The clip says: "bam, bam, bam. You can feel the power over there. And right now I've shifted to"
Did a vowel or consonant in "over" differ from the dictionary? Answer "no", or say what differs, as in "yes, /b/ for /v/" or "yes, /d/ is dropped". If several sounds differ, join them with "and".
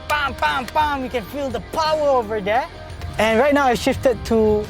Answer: no